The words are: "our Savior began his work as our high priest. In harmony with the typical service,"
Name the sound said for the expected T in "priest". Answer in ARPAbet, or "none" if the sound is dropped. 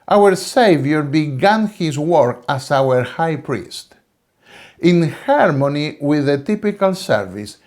T